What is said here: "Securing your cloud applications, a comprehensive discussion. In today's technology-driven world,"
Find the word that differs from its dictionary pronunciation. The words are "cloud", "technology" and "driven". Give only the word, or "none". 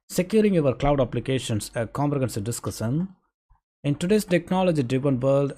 driven